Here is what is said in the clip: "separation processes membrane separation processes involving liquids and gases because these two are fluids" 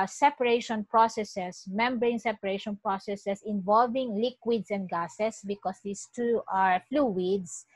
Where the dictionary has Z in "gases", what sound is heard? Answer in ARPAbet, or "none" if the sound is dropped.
S